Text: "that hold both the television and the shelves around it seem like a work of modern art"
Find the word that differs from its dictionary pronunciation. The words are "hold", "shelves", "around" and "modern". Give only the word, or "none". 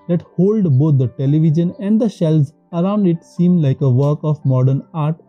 shelves